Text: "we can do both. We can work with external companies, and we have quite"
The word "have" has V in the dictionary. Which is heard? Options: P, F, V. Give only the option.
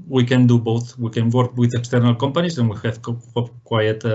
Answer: P